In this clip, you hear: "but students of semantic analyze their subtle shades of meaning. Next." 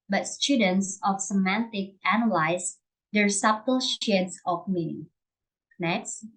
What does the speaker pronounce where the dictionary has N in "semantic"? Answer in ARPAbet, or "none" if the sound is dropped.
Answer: N